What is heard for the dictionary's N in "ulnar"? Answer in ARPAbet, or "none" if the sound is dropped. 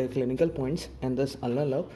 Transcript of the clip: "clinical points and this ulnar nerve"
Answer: none